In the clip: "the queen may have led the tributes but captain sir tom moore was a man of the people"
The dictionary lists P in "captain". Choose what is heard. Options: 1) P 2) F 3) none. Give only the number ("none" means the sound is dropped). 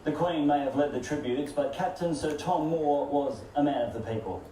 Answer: 1